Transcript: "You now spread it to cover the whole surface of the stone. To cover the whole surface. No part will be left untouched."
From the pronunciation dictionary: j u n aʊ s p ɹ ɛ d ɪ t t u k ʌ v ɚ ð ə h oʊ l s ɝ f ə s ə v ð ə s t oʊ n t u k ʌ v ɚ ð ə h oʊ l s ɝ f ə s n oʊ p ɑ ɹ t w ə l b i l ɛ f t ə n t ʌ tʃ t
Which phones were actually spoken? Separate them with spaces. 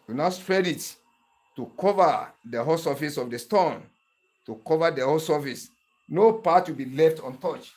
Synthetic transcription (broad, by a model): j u n aʊ s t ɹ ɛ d ɪ t t u k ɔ v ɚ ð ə h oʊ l s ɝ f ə s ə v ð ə s t oʊ n t u k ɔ v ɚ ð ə h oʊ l s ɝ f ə s n oʊ p ɑ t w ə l b i l ɛ f t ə n t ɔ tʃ